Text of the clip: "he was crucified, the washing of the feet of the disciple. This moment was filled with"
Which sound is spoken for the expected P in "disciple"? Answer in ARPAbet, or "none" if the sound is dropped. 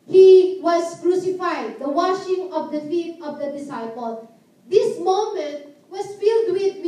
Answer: P